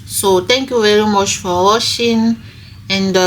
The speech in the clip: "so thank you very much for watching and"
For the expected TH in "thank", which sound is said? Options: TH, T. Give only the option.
T